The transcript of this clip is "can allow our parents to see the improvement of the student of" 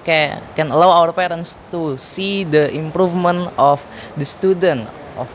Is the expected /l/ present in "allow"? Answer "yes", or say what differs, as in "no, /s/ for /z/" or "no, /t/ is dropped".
yes